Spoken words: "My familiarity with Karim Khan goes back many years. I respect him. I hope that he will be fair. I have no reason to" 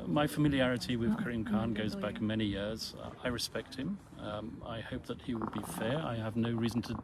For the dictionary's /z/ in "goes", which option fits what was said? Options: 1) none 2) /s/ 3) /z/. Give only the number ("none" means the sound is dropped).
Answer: 3